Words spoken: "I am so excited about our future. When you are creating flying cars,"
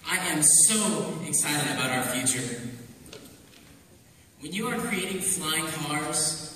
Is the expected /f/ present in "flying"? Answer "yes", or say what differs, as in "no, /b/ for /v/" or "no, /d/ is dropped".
yes